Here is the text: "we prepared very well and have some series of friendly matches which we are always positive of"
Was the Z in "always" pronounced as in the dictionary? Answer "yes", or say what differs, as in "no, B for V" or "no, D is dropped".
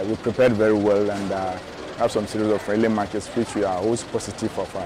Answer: no, S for Z